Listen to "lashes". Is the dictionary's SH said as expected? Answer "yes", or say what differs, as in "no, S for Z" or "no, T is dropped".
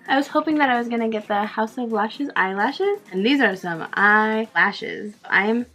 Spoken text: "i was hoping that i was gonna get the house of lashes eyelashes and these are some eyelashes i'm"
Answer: yes